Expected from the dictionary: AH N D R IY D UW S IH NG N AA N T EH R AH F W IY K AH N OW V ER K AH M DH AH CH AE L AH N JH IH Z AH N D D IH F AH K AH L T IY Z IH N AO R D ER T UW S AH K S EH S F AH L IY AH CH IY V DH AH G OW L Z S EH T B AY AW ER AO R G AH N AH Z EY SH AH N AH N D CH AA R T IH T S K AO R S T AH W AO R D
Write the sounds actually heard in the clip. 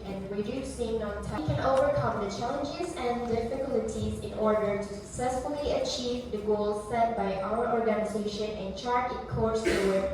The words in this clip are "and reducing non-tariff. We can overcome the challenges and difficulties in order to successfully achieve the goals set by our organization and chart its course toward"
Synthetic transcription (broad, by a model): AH N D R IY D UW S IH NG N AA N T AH K AH N OW V ER K AH M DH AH CH AE L AH N JH IH Z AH N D D IH F AH K AH L T IY Z IH N AO R D ER T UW S AH K S EH S F AH L IY AH CH IY V DH AH G OW L Z S EH T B AY AW ER AO R G AH N AH Z EY SH AH N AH N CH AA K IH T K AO R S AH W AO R